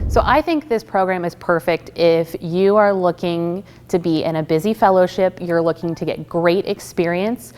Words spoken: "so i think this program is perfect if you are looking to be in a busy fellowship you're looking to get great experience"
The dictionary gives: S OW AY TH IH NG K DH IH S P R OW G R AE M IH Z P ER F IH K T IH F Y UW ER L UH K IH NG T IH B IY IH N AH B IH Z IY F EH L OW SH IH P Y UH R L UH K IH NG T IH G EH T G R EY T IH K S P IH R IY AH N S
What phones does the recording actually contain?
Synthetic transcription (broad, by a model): S OW AY TH IH NG K DH IH S P R OW G R AE M IH Z P ER F IH K T IH F Y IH ER L UH K IH NG T IH B IY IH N AH B IH Z IY F EH L OW SH IH P Y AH R L UH K IH NG T IH G EH T G R EY T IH K S P IH R IY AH N S